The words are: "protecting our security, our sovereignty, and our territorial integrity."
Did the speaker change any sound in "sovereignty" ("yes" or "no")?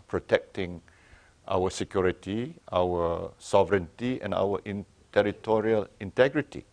no